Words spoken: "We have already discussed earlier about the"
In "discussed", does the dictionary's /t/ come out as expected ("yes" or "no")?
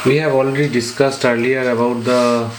yes